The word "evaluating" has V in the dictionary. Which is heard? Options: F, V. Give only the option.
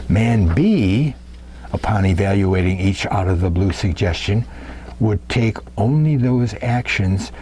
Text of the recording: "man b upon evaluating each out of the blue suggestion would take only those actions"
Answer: V